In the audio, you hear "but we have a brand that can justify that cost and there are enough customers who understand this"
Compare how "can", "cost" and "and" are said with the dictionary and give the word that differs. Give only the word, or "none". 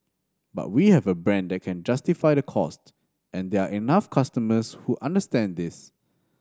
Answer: none